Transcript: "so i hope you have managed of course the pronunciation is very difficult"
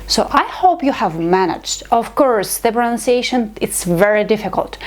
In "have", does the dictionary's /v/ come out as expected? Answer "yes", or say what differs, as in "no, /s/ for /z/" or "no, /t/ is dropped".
yes